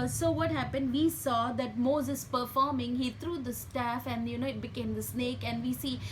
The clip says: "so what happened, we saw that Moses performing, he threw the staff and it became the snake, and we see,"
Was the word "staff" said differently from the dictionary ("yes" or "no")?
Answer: no